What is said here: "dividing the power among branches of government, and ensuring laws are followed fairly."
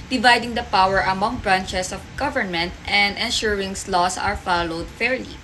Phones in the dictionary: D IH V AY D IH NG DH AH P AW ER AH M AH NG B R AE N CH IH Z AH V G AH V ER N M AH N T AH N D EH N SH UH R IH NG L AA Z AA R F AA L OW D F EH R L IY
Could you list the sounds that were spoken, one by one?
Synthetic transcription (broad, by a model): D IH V AY D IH NG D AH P AW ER AH M AH NG B R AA N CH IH S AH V G AH V ER N M AH N T AH N D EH N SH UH R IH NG L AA S AA R F AA L OW D F EH R L IY